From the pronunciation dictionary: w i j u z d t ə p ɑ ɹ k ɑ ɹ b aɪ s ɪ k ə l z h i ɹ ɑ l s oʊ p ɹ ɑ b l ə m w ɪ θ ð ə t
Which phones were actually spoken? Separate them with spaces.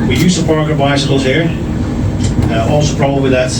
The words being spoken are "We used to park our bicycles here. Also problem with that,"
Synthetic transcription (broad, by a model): w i j u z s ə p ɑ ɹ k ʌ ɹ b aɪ s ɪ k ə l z h i ɹ ɑ l s oʊ p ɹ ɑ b ə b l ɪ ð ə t